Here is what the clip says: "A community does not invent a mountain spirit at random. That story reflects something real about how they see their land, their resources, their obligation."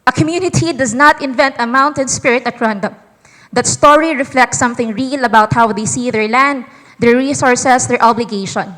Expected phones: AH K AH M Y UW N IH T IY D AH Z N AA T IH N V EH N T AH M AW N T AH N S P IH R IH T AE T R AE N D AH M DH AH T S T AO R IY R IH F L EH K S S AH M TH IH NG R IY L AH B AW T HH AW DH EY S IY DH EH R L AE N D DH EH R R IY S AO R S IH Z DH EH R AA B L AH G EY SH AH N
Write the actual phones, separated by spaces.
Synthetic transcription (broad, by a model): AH K AH M Y UW N IH T IY D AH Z N AA T IH N V EH N T AH M AW N T AH N S P IH R IH T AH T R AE N D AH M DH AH T S T AO R IY R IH F L EH K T S AH M TH IH NG R IY L AH B AW T HH AW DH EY S IY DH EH R L AE N D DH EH R R IY S AO R S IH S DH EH R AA B L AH G EY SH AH N